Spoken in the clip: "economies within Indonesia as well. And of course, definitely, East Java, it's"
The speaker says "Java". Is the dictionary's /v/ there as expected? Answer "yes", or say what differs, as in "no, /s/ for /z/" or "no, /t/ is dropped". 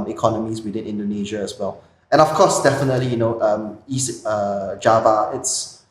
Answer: yes